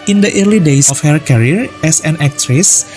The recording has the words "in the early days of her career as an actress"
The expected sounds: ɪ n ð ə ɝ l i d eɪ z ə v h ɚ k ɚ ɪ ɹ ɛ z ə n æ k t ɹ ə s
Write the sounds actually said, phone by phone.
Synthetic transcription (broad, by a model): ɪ n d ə ɝ l i d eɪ s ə f h ɚ k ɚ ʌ ɹ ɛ s ə n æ k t ɹ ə s